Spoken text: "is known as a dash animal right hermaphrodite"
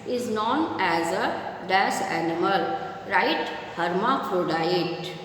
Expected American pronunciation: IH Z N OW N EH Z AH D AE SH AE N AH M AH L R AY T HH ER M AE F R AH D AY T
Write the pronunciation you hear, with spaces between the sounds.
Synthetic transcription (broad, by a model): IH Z N OW N EH Z AH D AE S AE N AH M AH L R AY T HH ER M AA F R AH D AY T